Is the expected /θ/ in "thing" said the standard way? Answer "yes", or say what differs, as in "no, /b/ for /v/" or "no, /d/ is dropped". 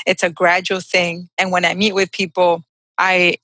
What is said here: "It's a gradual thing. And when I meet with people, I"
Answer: yes